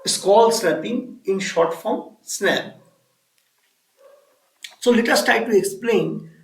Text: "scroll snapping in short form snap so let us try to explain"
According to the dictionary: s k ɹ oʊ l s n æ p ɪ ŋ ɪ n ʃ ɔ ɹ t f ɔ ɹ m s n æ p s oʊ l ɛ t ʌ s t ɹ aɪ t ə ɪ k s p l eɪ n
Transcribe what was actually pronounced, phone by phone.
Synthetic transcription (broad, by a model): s k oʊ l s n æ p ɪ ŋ ɪ n ʃ ɔ ɹ t f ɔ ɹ m s n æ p s oʊ l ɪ t ʌ s t aɪ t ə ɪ k s p l eɪ n